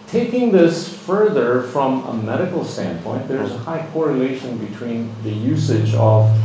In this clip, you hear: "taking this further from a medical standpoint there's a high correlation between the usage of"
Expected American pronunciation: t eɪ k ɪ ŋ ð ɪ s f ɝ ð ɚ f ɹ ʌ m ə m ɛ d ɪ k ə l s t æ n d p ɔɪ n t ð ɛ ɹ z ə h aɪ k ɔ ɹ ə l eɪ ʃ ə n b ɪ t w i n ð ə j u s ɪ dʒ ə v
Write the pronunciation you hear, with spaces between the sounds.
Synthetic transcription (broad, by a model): t eɪ k ɪ ŋ ð ɪ s f ɝ ð ɚ f ɹ ʌ m ə m ɛ d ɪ k l s t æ n p ɔɪ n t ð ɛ ɹ z ə h aɪ k ɔ ɹ ə l eɪ ʃ ə n b ɪ t w i n ð ə j u s ɪ dʒ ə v